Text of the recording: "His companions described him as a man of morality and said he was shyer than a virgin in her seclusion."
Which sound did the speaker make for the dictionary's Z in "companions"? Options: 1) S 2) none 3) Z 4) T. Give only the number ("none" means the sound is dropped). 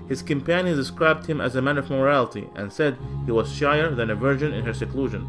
2